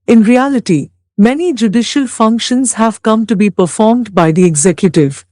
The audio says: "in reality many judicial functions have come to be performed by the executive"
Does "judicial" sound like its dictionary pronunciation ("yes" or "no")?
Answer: yes